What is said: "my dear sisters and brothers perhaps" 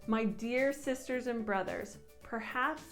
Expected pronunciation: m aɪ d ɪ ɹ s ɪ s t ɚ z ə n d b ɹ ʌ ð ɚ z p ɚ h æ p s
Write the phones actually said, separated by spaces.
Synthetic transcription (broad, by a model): m aɪ d ɪ ɹ s ɪ s t ɚ z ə n b ɹ ʌ ð ɚ z p ɚ h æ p s